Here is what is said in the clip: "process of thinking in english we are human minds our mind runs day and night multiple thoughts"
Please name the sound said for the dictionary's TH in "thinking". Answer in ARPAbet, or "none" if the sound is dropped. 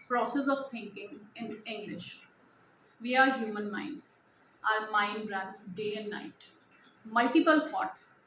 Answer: T